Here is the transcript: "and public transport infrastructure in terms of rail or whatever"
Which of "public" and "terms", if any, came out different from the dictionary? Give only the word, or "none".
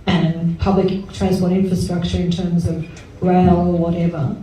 none